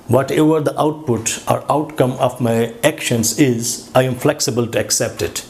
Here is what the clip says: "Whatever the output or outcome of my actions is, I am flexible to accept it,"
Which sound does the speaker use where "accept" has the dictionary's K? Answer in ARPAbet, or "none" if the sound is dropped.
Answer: K